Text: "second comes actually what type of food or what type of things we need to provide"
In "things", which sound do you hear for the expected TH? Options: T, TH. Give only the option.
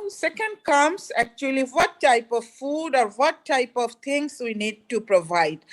T